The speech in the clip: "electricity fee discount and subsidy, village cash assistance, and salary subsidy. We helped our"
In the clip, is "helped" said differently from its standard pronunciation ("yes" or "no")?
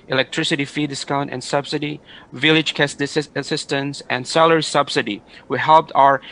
no